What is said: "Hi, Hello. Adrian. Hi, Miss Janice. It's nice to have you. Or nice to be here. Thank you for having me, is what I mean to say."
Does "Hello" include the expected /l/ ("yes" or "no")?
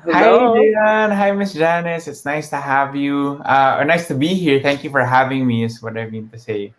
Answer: no